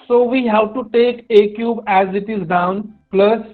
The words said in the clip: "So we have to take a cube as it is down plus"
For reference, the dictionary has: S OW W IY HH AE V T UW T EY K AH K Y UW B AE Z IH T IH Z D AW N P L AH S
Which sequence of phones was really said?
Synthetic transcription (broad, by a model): S OW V IY HH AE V T UW T EY K AH K Y UW B AE Z IH T IH Z D AW N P L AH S